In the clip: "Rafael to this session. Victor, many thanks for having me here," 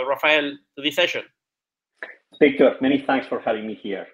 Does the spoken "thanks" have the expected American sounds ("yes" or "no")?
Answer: yes